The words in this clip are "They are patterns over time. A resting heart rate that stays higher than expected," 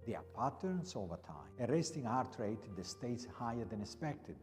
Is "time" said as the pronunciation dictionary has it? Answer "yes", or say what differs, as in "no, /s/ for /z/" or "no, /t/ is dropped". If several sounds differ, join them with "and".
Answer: no, /m/ is dropped